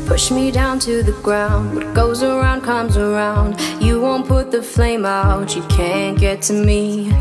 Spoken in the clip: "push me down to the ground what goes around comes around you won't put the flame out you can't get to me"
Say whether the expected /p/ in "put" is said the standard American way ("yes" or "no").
yes